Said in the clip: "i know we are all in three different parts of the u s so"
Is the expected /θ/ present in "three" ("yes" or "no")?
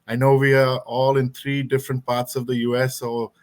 no